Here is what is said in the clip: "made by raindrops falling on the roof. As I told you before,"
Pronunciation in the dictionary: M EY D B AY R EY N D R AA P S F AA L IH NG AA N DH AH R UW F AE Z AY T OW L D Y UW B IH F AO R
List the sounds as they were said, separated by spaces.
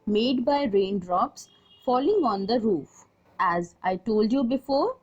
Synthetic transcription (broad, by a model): M EY D B AY R EY N D R AA P S F AA L IH NG AA N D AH R UW F AE Z AY T OW L D Y UW B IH F AO R